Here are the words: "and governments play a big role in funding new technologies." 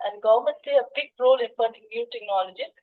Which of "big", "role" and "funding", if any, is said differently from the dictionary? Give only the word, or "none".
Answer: funding